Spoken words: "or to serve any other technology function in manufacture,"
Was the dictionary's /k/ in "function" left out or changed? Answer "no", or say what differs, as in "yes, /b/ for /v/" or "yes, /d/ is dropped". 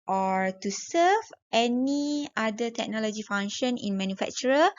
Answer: yes, /k/ is dropped